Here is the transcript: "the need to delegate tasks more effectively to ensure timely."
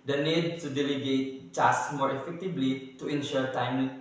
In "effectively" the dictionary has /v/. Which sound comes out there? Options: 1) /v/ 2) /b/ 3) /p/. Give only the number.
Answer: 2